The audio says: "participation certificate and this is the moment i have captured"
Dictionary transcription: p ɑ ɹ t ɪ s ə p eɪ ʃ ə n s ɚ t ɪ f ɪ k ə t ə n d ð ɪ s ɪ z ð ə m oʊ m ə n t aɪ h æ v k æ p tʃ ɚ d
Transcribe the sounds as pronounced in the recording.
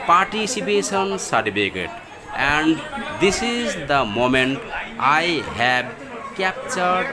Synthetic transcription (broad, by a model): p ɑ ɹ t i s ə p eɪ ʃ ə n s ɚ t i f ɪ k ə t ə n d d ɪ s ɪ z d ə m oʊ m ə n t aɪ h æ b k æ p tʃ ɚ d